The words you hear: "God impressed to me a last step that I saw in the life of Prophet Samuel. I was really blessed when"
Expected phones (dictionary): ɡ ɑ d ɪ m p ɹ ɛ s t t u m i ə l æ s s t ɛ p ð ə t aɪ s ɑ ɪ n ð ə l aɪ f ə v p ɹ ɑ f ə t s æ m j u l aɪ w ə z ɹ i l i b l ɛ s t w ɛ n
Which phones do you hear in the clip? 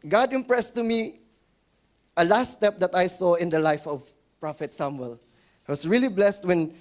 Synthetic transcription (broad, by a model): ɡ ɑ d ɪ m p ɹ ɛ s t t u m i ə l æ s s t ɛ p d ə t aɪ s ɑ ɪ n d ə l aɪ f ə v p ɹ ɑ f ə t s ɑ m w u l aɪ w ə s ɹ i l i b l ɛ s t w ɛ n